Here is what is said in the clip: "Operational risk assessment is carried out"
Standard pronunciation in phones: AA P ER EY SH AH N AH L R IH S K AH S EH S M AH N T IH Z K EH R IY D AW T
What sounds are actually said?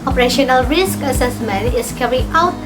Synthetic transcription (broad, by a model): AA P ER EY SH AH N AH L R IH S K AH S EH S M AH N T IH S K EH R IY AW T